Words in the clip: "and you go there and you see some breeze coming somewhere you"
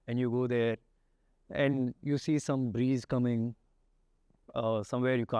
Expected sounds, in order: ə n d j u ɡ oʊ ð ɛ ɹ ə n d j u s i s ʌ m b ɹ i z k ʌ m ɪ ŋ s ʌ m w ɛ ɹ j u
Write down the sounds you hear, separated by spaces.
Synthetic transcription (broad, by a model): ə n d j u ɡ oʊ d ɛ ɹ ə n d j u s i s ʌ m b ɹ i z k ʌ m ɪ ŋ s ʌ m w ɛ ɹ j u